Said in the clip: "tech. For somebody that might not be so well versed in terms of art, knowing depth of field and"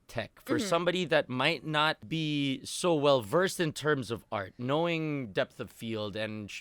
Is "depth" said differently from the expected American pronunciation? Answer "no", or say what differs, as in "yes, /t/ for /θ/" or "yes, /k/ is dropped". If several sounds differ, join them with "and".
no